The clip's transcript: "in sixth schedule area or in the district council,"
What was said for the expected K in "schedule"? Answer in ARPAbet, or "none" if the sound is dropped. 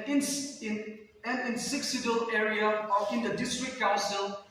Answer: none